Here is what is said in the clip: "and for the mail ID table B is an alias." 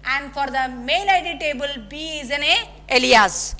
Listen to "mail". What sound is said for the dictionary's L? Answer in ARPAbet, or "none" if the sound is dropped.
N